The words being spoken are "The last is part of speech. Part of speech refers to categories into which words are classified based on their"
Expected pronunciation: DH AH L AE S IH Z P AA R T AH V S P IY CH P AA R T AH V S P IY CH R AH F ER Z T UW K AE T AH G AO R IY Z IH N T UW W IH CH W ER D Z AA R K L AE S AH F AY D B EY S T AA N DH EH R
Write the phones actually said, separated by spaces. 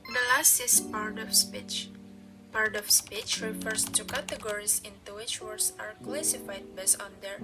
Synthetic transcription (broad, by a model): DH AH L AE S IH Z P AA R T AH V S P IY CH P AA R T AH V S P IY CH R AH F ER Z T UW K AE T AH G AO R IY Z IH N T UW W IH CH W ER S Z AA R K L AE S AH F AY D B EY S AA N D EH R